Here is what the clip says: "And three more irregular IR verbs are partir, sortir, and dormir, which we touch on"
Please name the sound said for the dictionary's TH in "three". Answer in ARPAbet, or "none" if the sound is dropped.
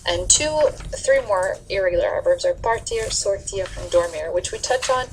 TH